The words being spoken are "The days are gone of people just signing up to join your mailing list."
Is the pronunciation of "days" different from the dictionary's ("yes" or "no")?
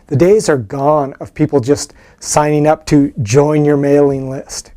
no